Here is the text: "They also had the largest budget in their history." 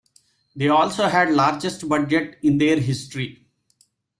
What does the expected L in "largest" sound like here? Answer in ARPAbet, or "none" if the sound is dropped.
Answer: L